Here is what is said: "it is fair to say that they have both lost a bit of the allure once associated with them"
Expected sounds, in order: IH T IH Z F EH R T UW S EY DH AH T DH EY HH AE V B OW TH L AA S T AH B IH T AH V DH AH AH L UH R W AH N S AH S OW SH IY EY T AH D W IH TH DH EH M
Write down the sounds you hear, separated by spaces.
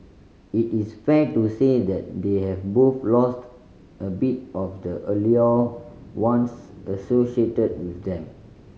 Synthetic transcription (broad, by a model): IH T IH S F EH T UW S EY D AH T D EY HH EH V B OW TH L AA S T AH B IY T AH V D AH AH L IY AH W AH N S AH S OW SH IY EY T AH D W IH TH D EH M